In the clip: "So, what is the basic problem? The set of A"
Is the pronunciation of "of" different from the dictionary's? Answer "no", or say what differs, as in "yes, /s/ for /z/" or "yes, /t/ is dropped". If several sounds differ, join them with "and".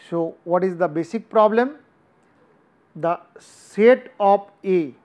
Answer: yes, /p/ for /v/